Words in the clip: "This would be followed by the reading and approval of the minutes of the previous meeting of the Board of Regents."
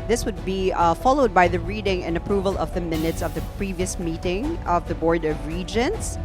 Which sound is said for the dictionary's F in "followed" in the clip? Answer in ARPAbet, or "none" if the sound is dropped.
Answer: F